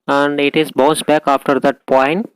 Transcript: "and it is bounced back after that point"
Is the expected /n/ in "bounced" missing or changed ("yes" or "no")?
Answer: yes